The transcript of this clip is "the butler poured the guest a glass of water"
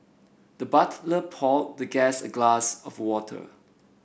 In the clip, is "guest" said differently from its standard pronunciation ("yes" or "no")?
yes